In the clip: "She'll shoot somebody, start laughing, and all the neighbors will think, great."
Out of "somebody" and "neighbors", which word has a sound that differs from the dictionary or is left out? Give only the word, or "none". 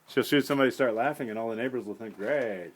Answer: none